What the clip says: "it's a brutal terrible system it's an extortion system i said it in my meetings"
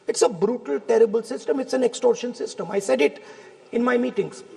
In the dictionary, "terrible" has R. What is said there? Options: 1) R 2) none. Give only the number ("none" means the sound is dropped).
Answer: 1